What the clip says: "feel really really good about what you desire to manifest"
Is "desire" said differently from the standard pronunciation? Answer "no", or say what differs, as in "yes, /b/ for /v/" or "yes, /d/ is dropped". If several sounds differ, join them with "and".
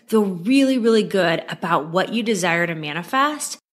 no